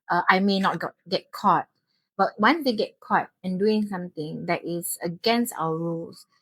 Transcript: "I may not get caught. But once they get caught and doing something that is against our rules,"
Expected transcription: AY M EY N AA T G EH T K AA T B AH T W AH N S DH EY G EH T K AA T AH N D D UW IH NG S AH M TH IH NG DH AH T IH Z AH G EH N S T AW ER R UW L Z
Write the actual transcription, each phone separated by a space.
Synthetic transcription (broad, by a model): AY M EY N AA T G EH T K AA T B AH T W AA N S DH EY G EH T K AA T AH N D D UW IH NG S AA M T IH NG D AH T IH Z AH G EH N S T AW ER R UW L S